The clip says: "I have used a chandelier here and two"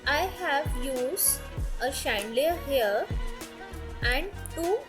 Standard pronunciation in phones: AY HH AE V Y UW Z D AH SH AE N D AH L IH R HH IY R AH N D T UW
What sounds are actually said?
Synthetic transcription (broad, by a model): AY HH AE V Y UW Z AH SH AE N D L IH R HH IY R AH N D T UW